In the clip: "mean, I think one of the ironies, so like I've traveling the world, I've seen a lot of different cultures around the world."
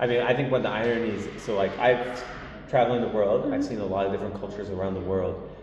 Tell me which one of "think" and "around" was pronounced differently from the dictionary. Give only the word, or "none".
none